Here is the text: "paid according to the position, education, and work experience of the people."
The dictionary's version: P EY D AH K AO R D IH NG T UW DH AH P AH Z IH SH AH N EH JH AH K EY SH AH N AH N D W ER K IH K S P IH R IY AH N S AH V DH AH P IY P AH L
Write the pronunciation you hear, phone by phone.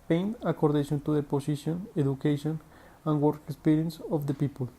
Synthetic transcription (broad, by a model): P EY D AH K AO R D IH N T UW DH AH P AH S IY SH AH N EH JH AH K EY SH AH N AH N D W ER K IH K S P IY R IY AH N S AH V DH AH P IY P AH L